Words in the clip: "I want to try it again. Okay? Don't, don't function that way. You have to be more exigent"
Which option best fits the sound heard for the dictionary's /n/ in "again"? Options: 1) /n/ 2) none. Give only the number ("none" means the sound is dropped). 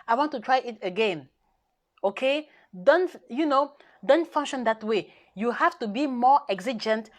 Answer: 1